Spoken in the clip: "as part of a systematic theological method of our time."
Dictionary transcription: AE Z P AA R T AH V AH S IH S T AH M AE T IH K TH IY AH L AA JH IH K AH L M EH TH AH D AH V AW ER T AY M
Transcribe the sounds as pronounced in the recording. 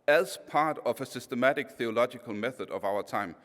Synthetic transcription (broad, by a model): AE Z P AA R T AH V AH S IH S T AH M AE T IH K TH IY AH L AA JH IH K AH L M EH TH AH D AH V AW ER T AY M